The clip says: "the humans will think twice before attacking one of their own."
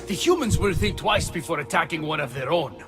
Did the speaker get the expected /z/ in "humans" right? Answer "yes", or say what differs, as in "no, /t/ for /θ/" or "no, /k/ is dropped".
yes